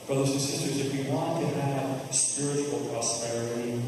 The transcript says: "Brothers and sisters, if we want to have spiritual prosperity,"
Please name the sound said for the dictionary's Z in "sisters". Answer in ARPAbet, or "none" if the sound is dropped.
Z